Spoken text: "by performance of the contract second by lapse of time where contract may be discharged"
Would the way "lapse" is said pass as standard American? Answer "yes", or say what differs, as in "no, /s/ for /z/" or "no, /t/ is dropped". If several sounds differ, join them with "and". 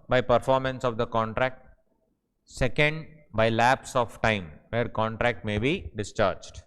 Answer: yes